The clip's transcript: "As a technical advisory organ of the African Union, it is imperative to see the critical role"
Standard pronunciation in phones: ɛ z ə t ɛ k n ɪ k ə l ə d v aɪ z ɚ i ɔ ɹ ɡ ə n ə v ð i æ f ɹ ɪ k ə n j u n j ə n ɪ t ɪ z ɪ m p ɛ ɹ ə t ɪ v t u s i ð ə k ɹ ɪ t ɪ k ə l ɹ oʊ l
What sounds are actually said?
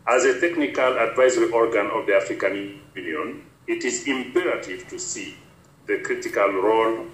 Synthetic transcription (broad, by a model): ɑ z ə t ɛ k n ɪ k ə l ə d v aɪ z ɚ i ɔ ɹ ɡ ə n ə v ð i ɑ f ɹ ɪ k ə n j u n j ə n ɪ t ɪ z ɪ m p ɛ ɹ ə t ɪ v t u s i ð ə k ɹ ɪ t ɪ k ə l ɹ oʊ l